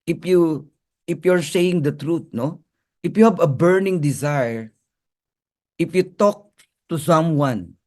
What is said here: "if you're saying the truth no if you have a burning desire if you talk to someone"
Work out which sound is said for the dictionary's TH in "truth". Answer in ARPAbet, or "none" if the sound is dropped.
T